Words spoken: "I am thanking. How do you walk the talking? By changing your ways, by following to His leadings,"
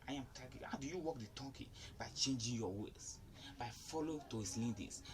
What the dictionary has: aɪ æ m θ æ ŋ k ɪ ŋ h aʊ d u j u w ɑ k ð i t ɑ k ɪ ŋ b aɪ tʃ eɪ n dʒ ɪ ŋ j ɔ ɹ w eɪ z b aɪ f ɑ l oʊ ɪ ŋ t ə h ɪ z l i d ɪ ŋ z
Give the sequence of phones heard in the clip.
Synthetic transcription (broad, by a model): aɪ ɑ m t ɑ k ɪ h aʊ d u j u w ɑ k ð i t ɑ k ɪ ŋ b aɪ tʃ eɪ n dʒ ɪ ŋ j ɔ w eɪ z b aɪ f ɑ l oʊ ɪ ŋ t ə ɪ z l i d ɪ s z